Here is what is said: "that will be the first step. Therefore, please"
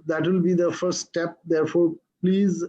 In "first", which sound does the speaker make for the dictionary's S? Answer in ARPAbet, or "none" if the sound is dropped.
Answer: none